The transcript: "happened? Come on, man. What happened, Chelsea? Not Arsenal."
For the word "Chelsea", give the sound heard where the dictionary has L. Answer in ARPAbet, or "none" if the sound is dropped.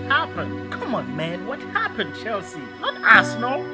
L